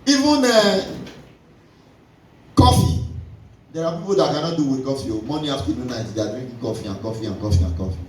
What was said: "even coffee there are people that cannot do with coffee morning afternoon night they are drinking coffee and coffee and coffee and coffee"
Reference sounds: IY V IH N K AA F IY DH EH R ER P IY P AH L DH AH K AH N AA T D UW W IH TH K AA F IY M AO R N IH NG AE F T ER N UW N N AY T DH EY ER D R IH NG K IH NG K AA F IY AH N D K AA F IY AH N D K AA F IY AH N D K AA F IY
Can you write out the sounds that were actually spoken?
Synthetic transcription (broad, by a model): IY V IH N K AA F IY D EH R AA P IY P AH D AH K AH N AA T D UW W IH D K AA F IY M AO N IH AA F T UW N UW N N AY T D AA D IH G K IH K AA F IY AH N K AA F IY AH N K AA F IY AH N K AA F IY